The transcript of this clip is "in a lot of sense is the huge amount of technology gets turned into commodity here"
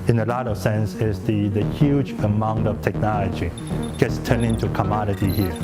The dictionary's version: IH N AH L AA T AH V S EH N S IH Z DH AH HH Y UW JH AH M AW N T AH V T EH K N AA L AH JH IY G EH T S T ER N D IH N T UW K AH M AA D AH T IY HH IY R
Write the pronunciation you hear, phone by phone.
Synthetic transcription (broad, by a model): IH N AH L AA T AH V S EH N S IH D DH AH HH Y UW JH AH M AW N T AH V T EH K N AA L AH JH IY G EH T S T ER N IH N T UW K AH M AA D AH T IY HH IY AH